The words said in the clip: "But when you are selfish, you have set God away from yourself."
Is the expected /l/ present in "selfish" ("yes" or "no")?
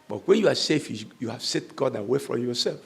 no